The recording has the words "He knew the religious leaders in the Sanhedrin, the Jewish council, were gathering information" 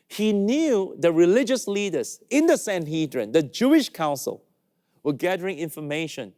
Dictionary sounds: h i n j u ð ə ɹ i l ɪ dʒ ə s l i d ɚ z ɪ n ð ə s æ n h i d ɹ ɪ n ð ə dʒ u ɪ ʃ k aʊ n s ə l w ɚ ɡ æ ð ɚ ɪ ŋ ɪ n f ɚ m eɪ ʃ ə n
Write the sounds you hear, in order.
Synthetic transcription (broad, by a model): h i n j u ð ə ɹ i l ɪ dʒ ə s l i d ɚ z ɪ n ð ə s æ n h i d ɹ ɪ n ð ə dʒ u ɪ ʃ k aʊ n s ə l w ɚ ɡ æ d ɚ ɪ ŋ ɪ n f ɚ m eɪ ʃ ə n